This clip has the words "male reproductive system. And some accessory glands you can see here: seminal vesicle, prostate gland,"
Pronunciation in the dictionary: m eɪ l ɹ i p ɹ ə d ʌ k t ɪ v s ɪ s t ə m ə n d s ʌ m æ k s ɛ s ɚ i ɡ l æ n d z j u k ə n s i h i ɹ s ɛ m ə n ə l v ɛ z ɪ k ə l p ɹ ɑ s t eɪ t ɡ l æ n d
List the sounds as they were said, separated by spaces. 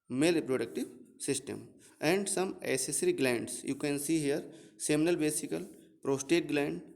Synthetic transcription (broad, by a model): m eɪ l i p ɹ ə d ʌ k t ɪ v s ɪ s t ə m ə n d s ʌ m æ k s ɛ s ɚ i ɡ l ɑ n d s j u k ə n s i h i ɹ s ɛ m ə n ə l b ɛ s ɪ k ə l p ɹ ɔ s t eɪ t ɡ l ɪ n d